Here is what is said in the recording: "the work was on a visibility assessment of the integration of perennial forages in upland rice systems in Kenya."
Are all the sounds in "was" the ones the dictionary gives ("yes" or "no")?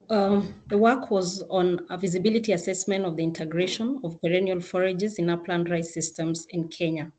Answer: yes